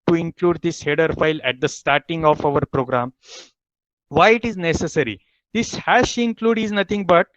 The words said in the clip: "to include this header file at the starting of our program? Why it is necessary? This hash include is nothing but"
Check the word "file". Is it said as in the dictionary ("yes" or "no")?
yes